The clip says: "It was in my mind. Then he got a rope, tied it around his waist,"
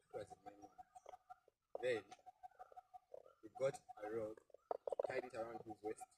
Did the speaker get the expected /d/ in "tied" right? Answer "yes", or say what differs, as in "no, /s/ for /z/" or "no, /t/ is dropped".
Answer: no, /d/ is dropped